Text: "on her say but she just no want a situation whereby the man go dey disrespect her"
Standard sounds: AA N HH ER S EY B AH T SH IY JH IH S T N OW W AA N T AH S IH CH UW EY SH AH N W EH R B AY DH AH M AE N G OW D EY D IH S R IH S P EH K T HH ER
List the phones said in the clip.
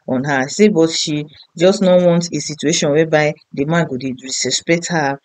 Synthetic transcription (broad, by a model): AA N HH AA S EY B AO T SH IY JH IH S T N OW W AA N T AH S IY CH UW EY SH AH N W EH B AY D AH M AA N G OW D EY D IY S IH S P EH K T HH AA